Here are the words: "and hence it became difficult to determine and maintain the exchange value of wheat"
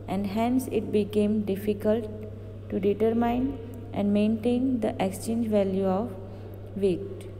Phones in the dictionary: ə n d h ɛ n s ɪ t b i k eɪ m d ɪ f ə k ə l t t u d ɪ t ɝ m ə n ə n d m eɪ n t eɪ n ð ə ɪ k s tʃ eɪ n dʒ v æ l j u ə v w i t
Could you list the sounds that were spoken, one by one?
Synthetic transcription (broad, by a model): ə n d h ɛ n s ɪ t b i k eɪ m d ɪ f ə k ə l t t u d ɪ t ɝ m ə n ə n d m eɪ n t eɪ n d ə ɪ k s tʃ eɪ n dʒ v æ l j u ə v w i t